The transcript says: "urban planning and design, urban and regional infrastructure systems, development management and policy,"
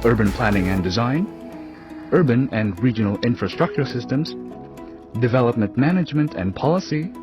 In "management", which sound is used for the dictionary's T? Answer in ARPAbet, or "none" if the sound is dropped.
T